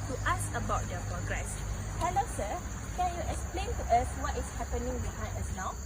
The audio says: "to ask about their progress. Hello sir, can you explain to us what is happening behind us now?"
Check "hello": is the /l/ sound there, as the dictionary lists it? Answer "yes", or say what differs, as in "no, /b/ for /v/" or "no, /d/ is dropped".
yes